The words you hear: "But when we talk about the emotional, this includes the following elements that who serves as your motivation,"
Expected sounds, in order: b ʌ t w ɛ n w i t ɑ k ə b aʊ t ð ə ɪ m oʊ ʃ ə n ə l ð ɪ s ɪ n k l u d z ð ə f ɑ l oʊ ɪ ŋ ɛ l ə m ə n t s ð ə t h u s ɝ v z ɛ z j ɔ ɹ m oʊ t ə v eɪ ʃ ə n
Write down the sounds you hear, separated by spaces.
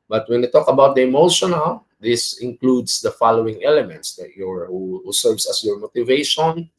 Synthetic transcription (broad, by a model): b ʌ t w ɛ n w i t ɑ k ə b aʊ t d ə ɪ m oʊ ʃ ə n ə l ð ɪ s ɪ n k l u d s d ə f ɑ l oʊ ɪ ŋ ɛ l ə m ə n t s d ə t h u s ɝ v s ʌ s j ɔ ɹ m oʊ t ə v eɪ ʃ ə n